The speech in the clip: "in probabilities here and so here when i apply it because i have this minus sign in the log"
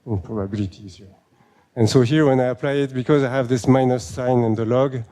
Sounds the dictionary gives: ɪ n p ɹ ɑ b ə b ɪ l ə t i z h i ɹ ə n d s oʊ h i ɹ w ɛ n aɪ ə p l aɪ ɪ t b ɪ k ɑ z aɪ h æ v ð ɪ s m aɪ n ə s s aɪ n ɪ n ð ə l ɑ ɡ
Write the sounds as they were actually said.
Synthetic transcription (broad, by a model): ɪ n p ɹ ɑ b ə b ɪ l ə t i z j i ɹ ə n s oʊ h i ɹ w ɛ n aɪ ə p l aɪ ɪ t b ɪ k ɑ z aɪ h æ v ð ɪ s m aɪ n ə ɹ s aɪ n ɪ n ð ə l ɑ ɡ